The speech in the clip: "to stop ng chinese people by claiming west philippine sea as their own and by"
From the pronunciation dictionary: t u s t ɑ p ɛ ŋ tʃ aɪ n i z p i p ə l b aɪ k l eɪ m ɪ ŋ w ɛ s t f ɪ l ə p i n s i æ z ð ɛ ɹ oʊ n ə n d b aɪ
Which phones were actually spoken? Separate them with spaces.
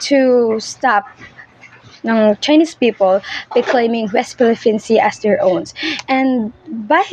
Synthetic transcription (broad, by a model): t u s t ɑ p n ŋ tʃ aɪ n i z p i p ə l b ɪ k l eɪ m ɪ ŋ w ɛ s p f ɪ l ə f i n s i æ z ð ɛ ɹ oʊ n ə n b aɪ